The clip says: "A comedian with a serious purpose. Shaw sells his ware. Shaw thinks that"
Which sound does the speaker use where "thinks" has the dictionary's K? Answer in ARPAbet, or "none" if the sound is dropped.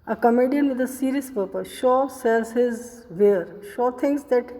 none